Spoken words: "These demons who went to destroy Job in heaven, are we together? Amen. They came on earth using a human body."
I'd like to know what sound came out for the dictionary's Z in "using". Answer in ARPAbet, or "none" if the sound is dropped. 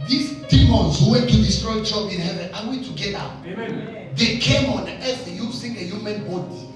S